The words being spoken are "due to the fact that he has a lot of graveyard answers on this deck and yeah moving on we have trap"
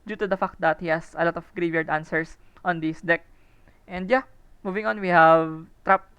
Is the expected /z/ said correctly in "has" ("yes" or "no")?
no